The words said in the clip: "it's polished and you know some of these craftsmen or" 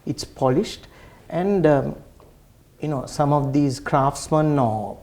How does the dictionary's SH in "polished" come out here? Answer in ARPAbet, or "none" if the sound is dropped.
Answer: SH